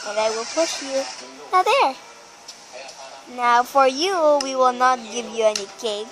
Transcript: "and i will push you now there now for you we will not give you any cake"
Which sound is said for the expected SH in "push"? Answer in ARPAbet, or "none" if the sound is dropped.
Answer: SH